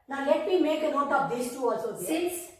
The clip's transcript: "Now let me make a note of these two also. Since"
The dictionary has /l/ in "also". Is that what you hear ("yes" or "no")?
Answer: no